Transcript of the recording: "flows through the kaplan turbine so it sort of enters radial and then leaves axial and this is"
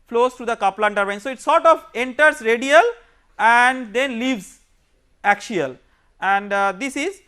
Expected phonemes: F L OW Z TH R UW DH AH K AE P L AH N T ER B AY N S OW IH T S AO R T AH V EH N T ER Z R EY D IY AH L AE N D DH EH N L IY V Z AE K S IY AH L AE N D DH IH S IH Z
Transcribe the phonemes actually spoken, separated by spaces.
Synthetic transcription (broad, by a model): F L OW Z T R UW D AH K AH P L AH N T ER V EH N S OW IH T S AO R T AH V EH N T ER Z R EY D IY AH L AE N D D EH N L IY V Z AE K SH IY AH L AE N D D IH S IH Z